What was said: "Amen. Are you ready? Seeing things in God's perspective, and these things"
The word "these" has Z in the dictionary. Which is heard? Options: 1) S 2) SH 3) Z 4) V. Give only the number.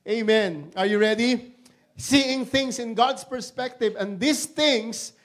1